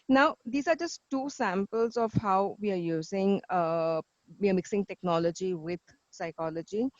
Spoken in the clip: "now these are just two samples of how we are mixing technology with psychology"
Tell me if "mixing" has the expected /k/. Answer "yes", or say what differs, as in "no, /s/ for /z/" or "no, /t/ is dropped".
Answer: yes